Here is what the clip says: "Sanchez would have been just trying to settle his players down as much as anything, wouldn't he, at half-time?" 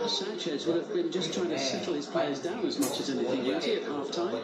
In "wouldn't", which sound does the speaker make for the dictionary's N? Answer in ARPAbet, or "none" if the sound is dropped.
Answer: none